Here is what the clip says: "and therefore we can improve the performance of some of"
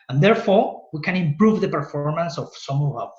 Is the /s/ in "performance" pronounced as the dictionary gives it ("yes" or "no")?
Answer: yes